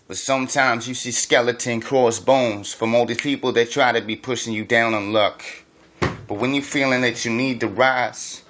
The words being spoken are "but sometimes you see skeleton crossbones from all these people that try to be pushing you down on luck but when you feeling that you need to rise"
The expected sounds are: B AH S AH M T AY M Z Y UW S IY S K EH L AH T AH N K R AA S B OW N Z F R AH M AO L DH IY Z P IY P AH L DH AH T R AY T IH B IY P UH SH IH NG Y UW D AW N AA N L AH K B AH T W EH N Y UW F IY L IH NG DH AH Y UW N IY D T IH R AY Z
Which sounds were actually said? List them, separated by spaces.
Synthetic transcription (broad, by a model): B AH S AH M T AY M Z Y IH S IY S K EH L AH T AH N K R AA S B OW N Z F R AH M AO L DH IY P IY P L DH AH T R AY T IH B IY P UH SH IH NG Y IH D AW N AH N L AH K B AH T W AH N Y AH F IY L IH NG DH AH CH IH N IY D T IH R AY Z